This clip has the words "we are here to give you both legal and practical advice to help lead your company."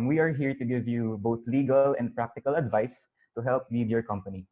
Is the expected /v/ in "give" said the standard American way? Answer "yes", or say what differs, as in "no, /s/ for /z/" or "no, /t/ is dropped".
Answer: yes